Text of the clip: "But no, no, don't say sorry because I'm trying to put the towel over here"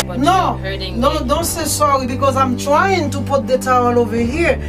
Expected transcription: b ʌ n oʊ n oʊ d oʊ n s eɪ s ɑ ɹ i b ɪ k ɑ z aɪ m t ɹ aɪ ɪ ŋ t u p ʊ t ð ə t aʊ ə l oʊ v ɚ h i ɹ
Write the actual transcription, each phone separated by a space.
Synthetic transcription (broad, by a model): n oʊ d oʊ d oʊ n s eɪ s ɑ ɹ i b ɪ k ɑ z aɪ m t ɹ aɪ ɪ ŋ t u p ʊ t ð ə t aʊ ə l oʊ v ɚ h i ɹ